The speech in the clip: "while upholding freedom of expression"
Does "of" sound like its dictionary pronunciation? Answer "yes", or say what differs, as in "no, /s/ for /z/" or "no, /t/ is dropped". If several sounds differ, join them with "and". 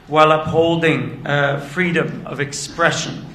yes